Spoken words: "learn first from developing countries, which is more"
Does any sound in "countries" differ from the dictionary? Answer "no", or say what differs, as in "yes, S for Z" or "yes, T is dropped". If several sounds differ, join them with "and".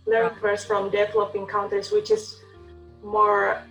yes, R is dropped and S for Z